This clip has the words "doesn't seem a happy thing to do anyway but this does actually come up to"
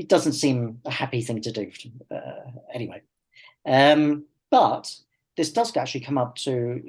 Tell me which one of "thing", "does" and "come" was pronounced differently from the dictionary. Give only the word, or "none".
none